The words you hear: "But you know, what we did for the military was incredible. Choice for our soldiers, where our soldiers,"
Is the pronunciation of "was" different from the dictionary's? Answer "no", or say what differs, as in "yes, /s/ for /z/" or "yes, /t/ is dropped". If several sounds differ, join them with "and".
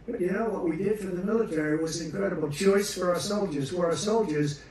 no